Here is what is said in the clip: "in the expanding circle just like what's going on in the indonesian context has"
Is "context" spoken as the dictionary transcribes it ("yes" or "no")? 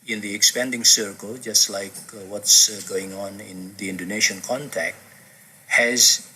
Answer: no